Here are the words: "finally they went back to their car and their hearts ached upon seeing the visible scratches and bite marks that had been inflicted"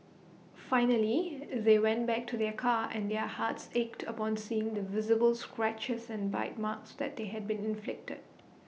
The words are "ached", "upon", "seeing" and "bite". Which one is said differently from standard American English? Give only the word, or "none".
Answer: none